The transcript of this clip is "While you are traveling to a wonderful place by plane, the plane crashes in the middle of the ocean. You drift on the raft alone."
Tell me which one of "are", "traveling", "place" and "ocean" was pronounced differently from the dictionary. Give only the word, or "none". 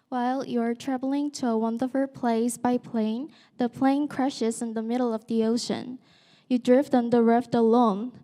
none